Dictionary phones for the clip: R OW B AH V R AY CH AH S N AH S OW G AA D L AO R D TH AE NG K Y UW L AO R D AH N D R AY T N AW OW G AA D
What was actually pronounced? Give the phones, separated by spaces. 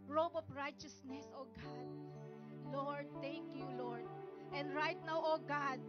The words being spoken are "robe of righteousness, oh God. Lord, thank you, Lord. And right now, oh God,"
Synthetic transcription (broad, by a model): R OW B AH P R AY CH AH S N AH S OW G AA D L AO R D T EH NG K Y UW L AO R D AH N D R AY T N AW OW G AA D